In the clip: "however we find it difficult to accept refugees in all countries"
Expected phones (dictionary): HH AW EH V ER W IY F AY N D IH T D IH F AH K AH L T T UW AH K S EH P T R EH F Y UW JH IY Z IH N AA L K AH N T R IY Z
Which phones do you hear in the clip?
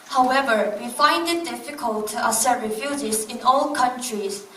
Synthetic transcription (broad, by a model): HH AW EH V ER W IY F AY N D IH T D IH F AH K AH L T T UW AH S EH T R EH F Y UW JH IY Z IH N AA L K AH N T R IY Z